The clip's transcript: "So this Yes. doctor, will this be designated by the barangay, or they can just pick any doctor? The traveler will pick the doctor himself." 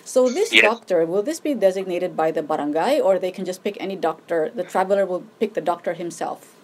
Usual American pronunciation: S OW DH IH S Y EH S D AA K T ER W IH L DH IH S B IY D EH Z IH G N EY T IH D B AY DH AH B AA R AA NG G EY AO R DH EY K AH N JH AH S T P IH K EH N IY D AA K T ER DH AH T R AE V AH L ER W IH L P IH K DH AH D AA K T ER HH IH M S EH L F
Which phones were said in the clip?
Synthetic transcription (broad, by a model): S OW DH IH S S D AA K T ER W IH L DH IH S B IY D EH Z IH G N EY T IH D B AY DH AH B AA R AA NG G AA AO R DH EY K AH N JH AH S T P IH K EH N IY D AA K T ER DH AH T R AE V AH L ER W IH L P IH K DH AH D AA K T ER HH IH M S EH L F